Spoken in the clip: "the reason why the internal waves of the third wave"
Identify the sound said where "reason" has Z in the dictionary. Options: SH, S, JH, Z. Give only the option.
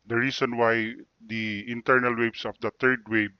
S